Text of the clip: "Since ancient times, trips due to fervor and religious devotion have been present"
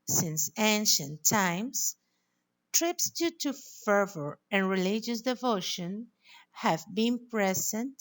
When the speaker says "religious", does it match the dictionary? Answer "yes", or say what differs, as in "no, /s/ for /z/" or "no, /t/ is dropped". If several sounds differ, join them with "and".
yes